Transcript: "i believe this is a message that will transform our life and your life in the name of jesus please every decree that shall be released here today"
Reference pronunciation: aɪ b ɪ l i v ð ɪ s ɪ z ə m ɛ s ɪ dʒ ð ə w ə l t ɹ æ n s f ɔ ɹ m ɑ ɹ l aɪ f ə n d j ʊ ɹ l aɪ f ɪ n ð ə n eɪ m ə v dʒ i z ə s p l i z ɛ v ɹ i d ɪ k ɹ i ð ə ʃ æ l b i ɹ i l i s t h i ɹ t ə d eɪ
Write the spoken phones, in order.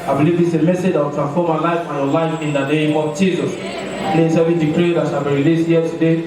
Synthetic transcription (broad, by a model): aɪ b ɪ l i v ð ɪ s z ə m ɛ s ɪ dʒ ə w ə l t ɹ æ n s f ɔ m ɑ l aɪ f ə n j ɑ l aɪ f ɪ n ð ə n eɪ m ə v dʒ i z ə s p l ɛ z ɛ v i d ɪ k ɹ i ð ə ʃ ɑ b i ɹ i l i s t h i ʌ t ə d eɪ